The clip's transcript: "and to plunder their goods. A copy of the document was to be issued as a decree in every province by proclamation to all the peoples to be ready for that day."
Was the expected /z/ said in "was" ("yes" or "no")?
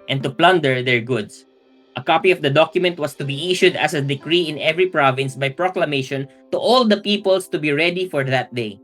no